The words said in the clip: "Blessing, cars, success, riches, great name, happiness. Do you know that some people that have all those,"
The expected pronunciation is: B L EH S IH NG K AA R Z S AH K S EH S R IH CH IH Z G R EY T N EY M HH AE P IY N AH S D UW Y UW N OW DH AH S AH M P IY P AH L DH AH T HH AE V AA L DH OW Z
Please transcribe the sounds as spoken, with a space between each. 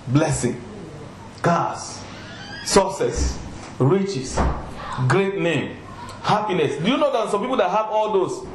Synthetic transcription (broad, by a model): B L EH S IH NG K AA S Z S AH S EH S R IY CH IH S G R EY T N EY M HH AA P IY N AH S D UW Y UW N OW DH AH S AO M P IY P AH L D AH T HH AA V AA L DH OW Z